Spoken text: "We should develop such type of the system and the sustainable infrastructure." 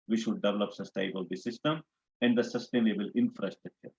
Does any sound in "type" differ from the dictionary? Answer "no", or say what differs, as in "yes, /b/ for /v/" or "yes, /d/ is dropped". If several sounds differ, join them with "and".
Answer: yes, /b/ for /p/